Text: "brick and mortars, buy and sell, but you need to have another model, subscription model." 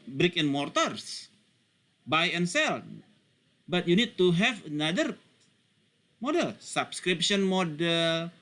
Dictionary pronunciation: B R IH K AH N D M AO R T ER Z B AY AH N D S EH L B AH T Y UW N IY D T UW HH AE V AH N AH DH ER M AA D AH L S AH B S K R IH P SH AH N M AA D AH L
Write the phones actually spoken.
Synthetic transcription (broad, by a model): B R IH K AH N M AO R T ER S B AY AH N S EH L B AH T Y UW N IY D T UW HH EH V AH N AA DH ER M AA D AH L S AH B S K R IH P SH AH N M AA D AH L